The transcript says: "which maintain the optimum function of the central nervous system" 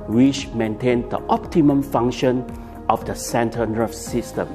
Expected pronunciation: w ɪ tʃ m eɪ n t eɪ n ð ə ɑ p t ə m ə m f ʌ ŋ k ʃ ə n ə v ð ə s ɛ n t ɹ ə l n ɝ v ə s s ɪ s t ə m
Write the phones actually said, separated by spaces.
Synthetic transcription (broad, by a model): w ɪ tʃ m eɪ n t eɪ n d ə ɑ p t ə m ə m f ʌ ŋ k ʃ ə n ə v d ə s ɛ n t ə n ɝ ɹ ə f s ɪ s t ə m